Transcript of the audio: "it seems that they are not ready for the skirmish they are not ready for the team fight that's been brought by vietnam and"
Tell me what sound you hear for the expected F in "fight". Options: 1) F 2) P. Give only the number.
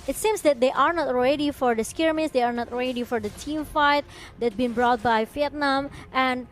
1